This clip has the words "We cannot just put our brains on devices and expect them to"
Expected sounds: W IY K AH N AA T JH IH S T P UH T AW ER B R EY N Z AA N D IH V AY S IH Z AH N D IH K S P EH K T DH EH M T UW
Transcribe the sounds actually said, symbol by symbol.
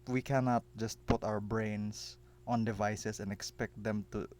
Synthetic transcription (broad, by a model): W IY K AH N AA T JH IH S T P UH T AW ER B R EY N S AA N D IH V AY S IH S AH N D IH K S P EH K T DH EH M T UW